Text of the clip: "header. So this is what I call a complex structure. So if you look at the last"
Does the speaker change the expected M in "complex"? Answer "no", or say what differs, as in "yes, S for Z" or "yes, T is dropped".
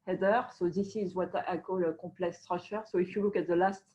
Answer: yes, M is dropped